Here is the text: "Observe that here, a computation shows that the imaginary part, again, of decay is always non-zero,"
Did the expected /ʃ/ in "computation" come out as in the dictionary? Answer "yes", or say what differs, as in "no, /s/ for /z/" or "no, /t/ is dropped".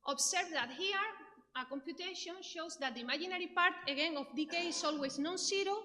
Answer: yes